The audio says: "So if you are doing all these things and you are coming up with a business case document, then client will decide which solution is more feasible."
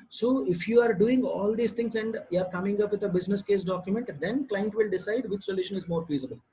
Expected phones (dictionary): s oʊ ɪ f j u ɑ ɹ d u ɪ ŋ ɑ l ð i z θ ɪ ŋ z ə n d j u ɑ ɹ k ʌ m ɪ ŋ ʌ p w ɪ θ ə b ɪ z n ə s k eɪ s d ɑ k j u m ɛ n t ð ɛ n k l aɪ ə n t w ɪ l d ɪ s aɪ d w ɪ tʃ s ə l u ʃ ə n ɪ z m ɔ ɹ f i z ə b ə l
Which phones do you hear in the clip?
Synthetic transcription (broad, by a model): s oʊ ɪ f j u ɑ ɹ d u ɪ ŋ ɑ l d i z t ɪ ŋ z ə n d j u ɑ ɹ k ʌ m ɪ ŋ ʌ p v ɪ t ə b ɪ z n ə s k eɪ s d ɑ k j u m ɛ n t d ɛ n k l aɪ ə n t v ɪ l d ɪ s aɪ d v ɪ tʃ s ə l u ʃ ə n ɪ z m ɔ ɹ f i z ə b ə l